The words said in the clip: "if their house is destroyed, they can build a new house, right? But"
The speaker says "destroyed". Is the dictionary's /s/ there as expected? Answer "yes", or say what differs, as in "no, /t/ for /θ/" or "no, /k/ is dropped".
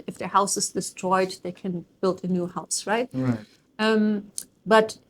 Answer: yes